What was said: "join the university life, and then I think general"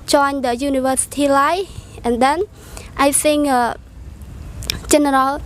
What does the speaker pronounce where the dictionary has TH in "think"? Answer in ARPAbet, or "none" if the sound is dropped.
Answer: S